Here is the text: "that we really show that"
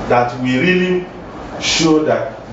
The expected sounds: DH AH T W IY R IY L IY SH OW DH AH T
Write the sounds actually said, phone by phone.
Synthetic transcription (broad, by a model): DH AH T W IY R IY L IY SH OW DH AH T